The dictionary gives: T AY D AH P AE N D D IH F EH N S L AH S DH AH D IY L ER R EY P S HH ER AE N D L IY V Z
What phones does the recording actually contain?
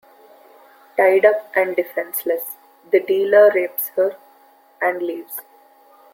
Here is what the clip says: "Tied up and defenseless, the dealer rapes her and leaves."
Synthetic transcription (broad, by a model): T AY D AH P AE N D D IH F EH N S L AH S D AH D IY L ER R EY P S HH ER AE N D L IY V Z